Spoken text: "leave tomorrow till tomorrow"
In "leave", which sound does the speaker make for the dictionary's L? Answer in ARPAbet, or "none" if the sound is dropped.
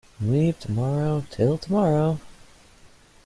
W